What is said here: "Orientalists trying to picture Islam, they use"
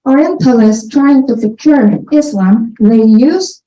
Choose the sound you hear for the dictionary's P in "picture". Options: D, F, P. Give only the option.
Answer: F